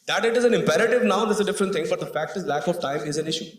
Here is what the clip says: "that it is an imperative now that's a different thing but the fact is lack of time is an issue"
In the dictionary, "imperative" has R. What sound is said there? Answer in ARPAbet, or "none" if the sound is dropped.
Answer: R